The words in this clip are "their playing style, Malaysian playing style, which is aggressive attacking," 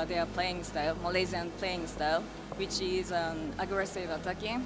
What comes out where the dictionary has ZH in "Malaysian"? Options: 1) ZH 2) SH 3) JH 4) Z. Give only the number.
4